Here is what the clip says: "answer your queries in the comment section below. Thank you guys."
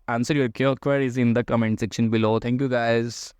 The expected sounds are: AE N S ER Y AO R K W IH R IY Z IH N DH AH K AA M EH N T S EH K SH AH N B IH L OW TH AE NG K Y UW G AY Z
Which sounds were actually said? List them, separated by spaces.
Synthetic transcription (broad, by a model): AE N S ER Y AO R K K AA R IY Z IH N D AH K AA M EH N T S EH K SH AH N B IH L OW T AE NG K Y UW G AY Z